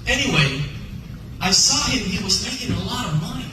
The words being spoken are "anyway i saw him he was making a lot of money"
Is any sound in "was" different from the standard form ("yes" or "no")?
no